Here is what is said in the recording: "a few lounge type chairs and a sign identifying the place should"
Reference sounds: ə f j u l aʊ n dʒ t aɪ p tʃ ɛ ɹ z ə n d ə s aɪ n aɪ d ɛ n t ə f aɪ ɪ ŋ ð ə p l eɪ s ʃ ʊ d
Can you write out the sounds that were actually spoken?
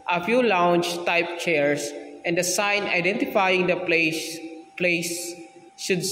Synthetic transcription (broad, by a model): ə f j u l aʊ n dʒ t aɪ p tʃ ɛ ɹ s ə n d ə s aɪ n aɪ d ɛ n t ə f aɪ ɪ ŋ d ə p l eɪ s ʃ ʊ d